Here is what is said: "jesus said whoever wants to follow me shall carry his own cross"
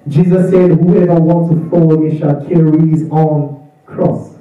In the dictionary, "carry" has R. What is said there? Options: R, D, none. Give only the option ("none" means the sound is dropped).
R